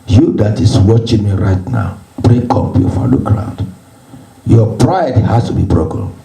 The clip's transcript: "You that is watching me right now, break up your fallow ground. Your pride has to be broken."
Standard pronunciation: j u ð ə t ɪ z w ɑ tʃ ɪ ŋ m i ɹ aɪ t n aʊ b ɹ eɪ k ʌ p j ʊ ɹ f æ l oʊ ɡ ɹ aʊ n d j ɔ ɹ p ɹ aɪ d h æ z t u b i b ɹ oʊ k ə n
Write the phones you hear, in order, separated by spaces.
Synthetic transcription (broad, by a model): j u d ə t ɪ s w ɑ tʃ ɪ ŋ m i ɹ aɪ t n aʊ b ɹ eɪ k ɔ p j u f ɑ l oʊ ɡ ɹ aʊ n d j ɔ p ɹ aɪ d h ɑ s t u b i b ɹ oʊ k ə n